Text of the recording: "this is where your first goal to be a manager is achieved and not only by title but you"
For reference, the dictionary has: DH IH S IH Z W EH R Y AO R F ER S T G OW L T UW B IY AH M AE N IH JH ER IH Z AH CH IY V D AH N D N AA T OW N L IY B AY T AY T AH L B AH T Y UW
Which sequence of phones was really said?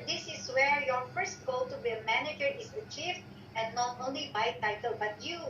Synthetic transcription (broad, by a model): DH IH S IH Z W EH R Y AO R F ER S T G OW L T UW B IY AH M AE N IH JH ER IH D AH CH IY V AH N N AA T OW N L IY B AY T AY T AH L B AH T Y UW